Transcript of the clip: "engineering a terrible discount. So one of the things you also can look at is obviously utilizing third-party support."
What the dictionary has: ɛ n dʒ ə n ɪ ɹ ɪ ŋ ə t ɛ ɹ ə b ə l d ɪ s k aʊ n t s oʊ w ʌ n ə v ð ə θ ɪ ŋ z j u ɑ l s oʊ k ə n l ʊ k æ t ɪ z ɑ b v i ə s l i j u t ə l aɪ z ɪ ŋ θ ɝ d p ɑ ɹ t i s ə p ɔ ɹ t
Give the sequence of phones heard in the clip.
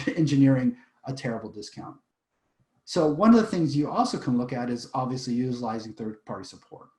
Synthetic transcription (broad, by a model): ɛ n dʒ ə n ɪ ɹ ɪ ŋ ə t ɛ ɹ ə b l d ɪ s k aʊ n t s oʊ w ʌ n ə v ð ə θ ɪ ŋ z j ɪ ɑ l s oʊ k ə n l ʊ k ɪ t ɪ z ɑ b v i ə s l i j u t ə l aɪ z ɪ ŋ θ ɝ d p ɑ ɹ t i s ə p ɔ ɹ t